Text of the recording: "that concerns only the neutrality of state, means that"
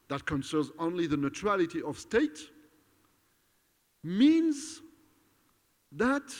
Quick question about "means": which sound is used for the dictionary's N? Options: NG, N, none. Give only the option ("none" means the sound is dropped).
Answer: N